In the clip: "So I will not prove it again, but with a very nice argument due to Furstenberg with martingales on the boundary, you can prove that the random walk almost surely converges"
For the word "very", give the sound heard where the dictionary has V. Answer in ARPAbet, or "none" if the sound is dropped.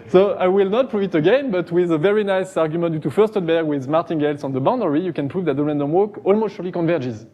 V